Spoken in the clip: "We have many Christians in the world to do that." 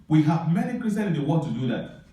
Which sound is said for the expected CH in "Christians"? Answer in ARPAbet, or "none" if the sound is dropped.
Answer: none